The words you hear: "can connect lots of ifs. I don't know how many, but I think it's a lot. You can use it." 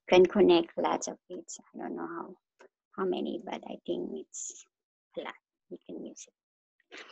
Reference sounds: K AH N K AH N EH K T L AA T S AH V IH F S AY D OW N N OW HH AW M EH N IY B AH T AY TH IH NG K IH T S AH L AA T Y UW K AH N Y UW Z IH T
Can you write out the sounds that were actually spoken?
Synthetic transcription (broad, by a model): K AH N K AH N EH K T L AA T S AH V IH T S AY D OW N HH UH HH AW M EH N IY B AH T AY T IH NG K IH T S AH L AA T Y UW K AH N Y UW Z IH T